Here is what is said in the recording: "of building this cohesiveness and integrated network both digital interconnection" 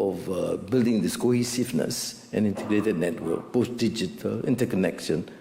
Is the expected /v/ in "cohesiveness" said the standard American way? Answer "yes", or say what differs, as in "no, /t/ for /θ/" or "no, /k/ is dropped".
no, /f/ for /v/